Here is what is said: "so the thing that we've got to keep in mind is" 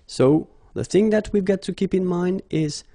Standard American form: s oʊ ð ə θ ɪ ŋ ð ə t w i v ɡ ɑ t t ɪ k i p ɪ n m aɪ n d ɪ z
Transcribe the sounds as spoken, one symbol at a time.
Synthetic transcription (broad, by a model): s oʊ ð ə θ ɪ ŋ ð ə t w i v ɡ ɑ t t ɪ k i p ɪ n m aɪ n d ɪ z